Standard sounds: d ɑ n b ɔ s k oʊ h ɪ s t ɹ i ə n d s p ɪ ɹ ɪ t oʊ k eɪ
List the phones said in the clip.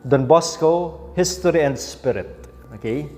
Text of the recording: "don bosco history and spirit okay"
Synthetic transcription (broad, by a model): d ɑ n b ɔ s k oʊ h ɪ s t ɹ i ə n d s p ɪ ɹ ɪ t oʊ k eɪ